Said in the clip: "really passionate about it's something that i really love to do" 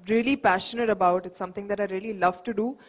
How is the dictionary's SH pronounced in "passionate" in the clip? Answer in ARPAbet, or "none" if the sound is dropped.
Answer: SH